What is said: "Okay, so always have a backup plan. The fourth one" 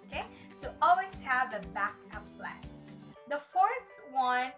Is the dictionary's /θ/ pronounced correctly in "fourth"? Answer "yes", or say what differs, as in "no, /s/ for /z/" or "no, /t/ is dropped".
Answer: yes